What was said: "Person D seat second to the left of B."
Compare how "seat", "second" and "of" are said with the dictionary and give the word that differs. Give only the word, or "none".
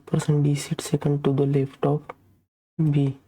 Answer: of